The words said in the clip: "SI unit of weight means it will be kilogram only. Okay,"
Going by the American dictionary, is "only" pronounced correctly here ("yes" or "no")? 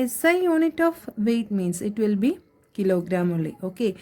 no